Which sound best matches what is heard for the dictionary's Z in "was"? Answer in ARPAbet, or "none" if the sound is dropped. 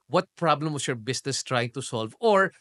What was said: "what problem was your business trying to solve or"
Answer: S